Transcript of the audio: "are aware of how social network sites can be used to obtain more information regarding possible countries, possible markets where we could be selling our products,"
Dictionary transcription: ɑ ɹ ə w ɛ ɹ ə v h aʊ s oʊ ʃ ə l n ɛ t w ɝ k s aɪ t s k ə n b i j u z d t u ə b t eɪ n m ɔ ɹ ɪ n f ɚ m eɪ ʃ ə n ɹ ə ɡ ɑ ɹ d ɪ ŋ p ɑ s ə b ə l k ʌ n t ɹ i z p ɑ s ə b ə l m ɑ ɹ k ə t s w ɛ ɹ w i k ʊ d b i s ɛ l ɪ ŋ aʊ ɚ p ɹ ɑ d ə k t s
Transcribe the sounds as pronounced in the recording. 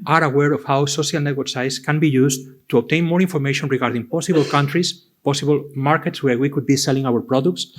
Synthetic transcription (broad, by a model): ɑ ɹ ə w ɛ ɹ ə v h aʊ s oʊ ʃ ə l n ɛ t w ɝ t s aɪ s k ə n b i j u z t u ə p t eɪ n m ɔ ɹ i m f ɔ m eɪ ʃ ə n ɹ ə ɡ ɑ ɹ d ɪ ŋ p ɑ s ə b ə l k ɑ n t ɹ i s p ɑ s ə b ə l m ɑ ɹ k ə t s w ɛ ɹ w i k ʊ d b i s ɛ l ɪ ŋ aʊ ɚ p ɹ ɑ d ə k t s